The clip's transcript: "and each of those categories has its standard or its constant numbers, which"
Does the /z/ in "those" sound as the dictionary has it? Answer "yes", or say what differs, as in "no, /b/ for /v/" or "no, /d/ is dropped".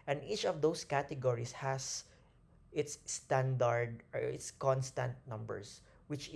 no, /s/ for /z/